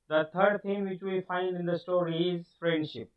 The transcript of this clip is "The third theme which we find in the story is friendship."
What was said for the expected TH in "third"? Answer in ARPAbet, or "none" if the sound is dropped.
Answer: T